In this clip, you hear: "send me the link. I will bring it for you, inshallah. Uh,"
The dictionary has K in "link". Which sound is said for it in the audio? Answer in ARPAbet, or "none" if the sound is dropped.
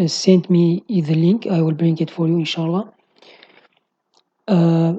K